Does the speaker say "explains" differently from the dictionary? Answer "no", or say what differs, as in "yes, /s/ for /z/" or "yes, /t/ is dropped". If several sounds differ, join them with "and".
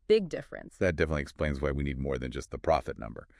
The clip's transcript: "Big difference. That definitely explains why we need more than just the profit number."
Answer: no